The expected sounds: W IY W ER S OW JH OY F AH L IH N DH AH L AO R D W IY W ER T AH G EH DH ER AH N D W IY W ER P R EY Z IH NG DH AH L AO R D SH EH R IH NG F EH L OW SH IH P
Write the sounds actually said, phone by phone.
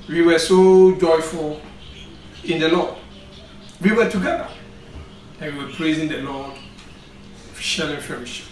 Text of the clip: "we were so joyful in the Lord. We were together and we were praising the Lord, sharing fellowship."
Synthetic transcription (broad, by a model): W IY W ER S OW JH OY F AH L IH N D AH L AO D W IY W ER T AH G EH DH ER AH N W IY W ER P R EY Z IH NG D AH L AO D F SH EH L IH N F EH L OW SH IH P